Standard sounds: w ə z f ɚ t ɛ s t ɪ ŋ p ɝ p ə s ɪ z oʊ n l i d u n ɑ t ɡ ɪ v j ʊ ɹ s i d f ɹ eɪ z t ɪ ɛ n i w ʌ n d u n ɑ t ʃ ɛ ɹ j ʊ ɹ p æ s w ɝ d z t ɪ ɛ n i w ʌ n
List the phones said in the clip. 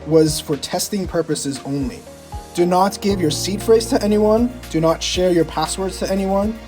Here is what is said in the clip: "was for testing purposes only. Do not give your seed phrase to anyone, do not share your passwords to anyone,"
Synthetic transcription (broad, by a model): w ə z f ɚ t ɛ s t ɪ ŋ p ɝ p ə s ɪ z oʊ n l i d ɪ n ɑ t ɡ ɪ v j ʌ ɹ s i d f ɹ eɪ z t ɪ ɛ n i w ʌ n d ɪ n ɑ t ʃ ɛ ɹ j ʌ ɹ p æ s w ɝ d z t ɪ ɛ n i w ʌ n